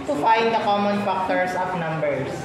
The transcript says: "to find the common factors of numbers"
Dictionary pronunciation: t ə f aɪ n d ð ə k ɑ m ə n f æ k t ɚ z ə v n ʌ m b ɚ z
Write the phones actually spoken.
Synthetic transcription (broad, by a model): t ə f aɪ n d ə k ɑ m ə n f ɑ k t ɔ s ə p n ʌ m b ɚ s